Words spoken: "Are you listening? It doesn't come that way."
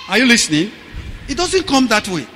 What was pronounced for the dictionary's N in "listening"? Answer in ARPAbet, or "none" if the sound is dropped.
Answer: N